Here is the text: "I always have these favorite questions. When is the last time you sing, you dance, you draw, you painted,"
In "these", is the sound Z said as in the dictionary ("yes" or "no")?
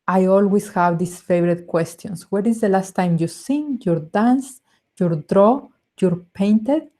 no